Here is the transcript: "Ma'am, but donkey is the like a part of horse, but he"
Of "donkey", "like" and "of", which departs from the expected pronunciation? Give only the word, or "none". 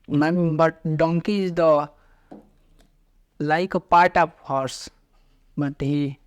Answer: of